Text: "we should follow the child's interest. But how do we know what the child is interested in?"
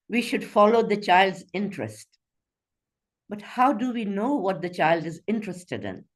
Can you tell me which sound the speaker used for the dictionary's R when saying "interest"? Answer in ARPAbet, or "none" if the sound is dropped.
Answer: R